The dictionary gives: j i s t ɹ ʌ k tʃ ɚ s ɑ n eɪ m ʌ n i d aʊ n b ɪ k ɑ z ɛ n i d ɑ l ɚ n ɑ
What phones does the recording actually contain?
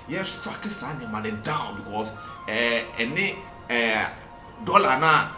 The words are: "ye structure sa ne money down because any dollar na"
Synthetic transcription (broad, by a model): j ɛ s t ɑ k ɚ s ɑ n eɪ m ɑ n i d aʊ n b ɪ k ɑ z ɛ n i d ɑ l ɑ n ɑ